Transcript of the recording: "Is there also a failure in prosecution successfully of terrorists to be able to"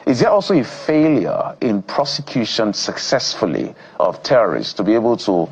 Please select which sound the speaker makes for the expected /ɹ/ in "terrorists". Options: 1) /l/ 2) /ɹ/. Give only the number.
2